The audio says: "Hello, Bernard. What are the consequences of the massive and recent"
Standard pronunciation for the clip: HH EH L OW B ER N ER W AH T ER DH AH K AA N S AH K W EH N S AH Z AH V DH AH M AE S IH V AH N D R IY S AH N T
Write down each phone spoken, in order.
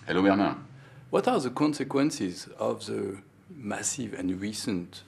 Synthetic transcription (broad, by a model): HH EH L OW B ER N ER W AH T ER DH AH K AA N S AH K W EH N S AH Z AH V DH AH M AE S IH V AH N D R IY S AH N T